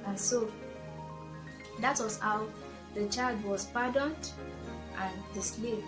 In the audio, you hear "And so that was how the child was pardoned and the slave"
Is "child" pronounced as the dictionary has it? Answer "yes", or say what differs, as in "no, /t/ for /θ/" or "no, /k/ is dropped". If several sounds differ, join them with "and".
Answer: yes